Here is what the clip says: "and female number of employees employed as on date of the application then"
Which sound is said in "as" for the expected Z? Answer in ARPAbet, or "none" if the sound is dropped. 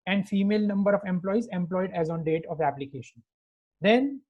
Z